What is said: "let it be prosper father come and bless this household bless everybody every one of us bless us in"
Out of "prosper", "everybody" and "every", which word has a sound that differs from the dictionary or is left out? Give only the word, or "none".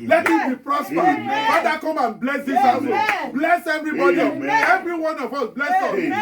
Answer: none